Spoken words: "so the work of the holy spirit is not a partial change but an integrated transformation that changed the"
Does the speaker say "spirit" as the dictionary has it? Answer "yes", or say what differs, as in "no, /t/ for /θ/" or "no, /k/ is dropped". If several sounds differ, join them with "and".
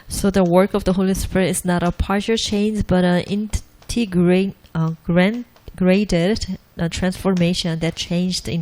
yes